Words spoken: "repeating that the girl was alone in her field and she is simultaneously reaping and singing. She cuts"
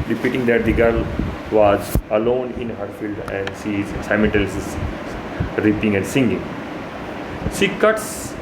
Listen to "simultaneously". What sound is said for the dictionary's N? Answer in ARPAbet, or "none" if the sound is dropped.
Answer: L